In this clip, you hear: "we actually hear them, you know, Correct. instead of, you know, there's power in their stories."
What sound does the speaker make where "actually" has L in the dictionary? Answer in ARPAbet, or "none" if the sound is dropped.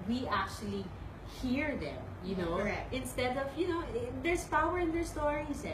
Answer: L